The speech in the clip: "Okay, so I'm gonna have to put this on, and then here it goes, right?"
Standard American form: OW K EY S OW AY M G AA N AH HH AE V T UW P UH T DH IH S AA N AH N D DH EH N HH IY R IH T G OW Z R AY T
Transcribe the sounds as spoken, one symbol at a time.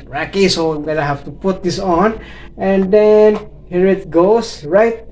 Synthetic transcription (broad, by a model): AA K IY S OW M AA L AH HH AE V T UW P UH T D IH S AA N AH N D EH N HH IY R IH T G OW S R AY T